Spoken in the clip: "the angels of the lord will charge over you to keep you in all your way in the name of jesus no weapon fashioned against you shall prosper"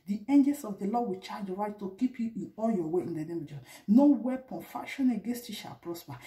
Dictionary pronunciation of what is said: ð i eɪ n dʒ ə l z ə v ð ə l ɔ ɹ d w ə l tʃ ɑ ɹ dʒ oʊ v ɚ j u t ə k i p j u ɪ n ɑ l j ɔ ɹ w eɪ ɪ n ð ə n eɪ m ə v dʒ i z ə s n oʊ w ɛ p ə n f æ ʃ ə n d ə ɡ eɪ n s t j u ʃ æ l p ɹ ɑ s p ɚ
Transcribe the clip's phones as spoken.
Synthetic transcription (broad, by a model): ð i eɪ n dʒ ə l s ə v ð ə l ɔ w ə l tʃ ɑ dʒ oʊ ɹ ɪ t t ə k i p j u ɪ n ɑ l j ɔ w eɪ ɪ n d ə n eɪ m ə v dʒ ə n oʊ w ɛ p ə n f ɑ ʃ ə n ə ɡ eɪ n s t j u ʃ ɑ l p ɹ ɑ s p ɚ